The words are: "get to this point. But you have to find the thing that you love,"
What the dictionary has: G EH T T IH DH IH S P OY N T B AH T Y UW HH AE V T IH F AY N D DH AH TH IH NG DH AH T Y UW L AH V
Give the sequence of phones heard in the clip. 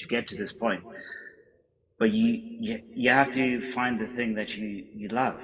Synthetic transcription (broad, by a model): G EH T T IH DH IH S P OY N T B AH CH Y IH HH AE F T IH F AY N DH AH TH IH NG DH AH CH Y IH L AH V